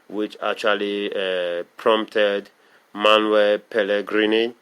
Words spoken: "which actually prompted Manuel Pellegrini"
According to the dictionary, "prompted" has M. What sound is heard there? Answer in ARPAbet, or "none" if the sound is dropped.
M